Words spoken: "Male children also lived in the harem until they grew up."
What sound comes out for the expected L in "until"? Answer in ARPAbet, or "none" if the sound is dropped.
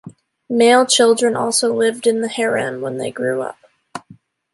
N